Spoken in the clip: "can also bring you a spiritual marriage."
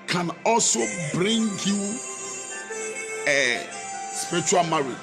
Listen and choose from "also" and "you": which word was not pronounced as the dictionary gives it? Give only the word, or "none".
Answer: none